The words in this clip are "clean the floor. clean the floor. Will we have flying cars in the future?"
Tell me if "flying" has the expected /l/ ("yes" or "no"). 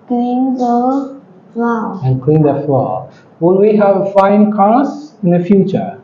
no